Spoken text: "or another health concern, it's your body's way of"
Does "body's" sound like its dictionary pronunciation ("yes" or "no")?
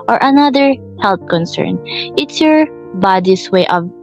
no